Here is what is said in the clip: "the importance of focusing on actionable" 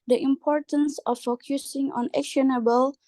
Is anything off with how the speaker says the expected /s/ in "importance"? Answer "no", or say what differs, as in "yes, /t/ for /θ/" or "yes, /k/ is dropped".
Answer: no